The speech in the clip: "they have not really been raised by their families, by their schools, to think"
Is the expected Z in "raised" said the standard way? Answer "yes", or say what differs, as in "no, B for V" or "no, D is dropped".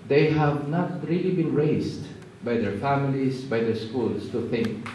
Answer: no, S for Z